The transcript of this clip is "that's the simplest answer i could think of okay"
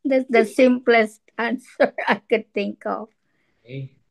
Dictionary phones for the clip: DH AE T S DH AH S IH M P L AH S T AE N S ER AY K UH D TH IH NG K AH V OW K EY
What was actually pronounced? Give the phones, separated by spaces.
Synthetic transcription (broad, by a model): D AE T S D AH S IH M P L AH S T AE N S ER AY K UH D T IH NG K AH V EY